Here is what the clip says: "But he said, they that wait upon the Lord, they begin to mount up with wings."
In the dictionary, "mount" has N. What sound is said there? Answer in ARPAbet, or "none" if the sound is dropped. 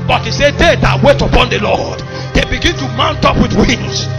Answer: N